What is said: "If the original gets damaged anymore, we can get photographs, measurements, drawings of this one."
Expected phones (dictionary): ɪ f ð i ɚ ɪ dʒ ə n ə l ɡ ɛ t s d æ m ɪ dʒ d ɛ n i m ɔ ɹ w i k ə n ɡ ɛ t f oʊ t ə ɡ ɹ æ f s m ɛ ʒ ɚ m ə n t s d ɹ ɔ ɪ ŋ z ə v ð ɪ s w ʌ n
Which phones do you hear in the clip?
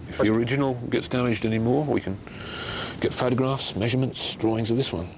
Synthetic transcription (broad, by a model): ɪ f ð i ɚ ɪ dʒ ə n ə l ɡ ɛ t s d æ m ɪ dʒ d ɛ n i m ɔ ɹ w i k ə n ɡ ɛ t f oʊ t ə ɡ ɹ æ f s m ɛ ʒ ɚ m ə n t s d ɹ ɔ ɪ ŋ z ə v ð ɪ s w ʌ n